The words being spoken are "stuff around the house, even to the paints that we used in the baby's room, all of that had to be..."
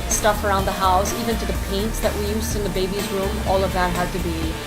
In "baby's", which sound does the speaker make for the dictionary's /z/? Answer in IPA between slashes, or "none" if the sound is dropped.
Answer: /z/